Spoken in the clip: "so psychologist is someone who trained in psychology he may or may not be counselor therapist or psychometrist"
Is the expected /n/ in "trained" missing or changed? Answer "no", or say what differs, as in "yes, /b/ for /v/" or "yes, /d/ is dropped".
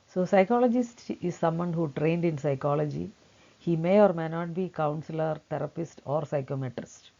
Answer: no